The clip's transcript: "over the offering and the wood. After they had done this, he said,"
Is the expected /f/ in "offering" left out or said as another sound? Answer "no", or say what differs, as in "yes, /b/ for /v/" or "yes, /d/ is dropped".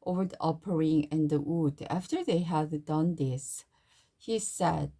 yes, /p/ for /f/